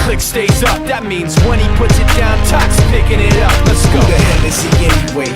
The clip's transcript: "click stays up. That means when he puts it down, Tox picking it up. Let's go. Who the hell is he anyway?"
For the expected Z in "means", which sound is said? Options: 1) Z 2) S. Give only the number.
1